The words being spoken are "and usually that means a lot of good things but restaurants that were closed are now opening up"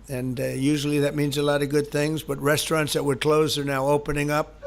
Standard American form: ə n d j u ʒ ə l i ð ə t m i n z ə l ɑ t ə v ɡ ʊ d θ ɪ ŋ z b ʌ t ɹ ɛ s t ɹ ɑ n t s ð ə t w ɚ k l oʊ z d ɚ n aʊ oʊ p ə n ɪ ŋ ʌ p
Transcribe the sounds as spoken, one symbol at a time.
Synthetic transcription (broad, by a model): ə n j u ʒ l i ð ə t m i n z ə l ɑ t ə v ɡ ʊ d θ ɪ ŋ z b ʌ t ɹ ɛ s t ɹ ɑ n t s ð ə t w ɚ k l oʊ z ɚ n aʊ oʊ p ə n ɪ ŋ ʌ p